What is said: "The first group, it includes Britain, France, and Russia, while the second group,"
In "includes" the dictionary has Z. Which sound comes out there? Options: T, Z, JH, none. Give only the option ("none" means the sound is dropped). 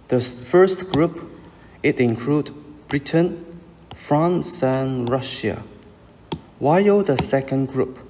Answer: none